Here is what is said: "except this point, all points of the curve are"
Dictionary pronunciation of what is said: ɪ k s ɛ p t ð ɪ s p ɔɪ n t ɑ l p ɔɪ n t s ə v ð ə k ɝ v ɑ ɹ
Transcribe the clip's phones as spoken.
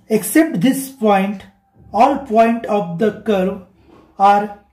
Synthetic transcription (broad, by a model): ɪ k s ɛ p t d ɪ s p ɔɪ n t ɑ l p ɔɪ n t ə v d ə k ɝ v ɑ ɹ